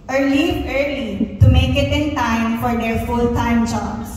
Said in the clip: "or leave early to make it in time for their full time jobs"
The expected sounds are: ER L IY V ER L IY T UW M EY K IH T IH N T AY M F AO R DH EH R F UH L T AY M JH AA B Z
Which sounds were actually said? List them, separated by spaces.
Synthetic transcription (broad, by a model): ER L IY ER L IY T UW M EY K IH T IH N T AY M F AO R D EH R F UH L T AY M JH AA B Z